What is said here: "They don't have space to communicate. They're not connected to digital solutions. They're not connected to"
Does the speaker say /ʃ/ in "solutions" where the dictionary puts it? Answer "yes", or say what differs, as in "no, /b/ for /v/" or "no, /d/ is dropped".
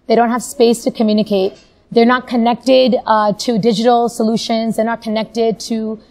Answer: yes